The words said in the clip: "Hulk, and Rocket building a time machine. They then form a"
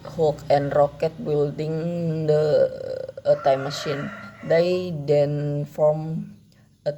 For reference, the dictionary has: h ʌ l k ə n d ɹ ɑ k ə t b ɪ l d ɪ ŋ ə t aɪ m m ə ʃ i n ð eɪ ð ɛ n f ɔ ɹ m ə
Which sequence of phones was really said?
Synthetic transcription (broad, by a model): h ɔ k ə n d ɹ ɑ k ə t b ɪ l d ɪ ŋ ə t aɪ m m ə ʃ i n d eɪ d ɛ n f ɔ m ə